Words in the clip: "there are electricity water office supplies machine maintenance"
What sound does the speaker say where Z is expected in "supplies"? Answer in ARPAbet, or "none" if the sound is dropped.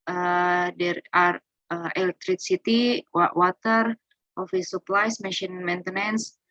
S